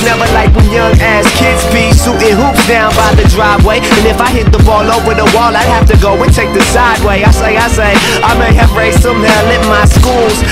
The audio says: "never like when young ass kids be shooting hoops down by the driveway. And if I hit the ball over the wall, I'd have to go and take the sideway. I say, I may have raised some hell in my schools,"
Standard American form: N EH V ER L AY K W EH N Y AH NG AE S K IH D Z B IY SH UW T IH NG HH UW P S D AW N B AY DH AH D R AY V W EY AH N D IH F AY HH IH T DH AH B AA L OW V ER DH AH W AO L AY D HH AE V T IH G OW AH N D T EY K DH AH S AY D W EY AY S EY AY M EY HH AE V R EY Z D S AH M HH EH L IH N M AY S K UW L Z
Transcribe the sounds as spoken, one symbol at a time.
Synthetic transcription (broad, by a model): N EH V ER L AY K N Y AH NG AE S K IH D Z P IY S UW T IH HH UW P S D AW N B AY DH AH D R AY V W EY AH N IH F AY HH IH T DH AH B AA L OW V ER DH AH W AO L AY D HH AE F T IH G OW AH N T EY K DH AH S AY D W EY AY S EY AY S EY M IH V R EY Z S AH M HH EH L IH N M AY S K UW L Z